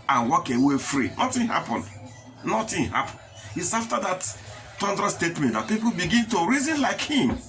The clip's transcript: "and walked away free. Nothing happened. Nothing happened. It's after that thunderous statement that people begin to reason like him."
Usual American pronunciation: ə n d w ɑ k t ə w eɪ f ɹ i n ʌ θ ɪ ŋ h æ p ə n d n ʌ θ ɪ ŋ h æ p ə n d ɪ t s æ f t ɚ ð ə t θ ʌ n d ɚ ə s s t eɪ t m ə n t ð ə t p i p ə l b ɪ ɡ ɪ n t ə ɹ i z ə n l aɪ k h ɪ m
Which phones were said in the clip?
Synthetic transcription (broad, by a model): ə n w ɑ k ə w eɪ f ɹ i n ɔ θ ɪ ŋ h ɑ p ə n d n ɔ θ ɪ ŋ h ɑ p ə n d ɪ t s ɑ f t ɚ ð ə t t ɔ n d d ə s s t eɪ t m ə n t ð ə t p i p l b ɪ ɡ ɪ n t ə ɹ i z ə n l aɪ k h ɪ m